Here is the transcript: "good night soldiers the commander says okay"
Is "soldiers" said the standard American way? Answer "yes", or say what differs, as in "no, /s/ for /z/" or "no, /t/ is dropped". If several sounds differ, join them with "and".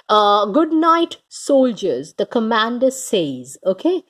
yes